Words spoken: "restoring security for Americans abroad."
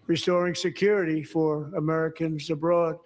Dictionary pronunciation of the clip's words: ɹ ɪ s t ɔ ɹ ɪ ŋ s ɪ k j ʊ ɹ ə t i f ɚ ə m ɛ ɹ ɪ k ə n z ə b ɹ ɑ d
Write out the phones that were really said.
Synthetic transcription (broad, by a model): ɹ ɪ s t ɔ ɹ ɪ ŋ s ɪ k j ʊ ɹ ə t i f ɚ ə m ɛ ɹ ɪ k ə n z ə b ɹ ɑ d